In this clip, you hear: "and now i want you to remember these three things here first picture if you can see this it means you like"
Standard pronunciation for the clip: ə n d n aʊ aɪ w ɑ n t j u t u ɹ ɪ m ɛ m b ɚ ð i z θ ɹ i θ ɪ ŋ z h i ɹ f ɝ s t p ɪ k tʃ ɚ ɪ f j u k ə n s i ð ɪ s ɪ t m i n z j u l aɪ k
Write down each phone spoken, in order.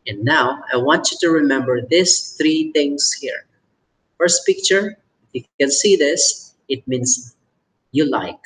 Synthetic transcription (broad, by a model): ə n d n aʊ aɪ w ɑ n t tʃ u t u ɹ ɪ m ɛ m b ɚ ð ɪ s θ ɹ i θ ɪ ŋ s h i ɹ f ɝ s t p ɪ k tʃ ɚ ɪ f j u k ə n s i ð ɪ s ɪ t m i n s j u l aɪ k